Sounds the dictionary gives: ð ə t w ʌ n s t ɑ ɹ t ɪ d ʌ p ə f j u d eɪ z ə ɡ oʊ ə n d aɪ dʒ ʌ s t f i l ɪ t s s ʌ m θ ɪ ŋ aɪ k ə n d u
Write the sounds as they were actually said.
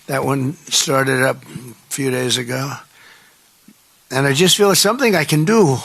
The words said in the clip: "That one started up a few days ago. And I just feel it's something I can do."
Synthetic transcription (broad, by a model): ð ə t w ʌ n s t ɑ ɹ t ɪ d ʌ p f j u d eɪ z ə ɡ oʊ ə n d aɪ dʒ ʌ s t f i l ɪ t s s ʌ m θ ɪ ŋ aɪ k ə n d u